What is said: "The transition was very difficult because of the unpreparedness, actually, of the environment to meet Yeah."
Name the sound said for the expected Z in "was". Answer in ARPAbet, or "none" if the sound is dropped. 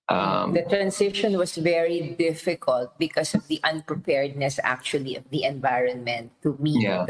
S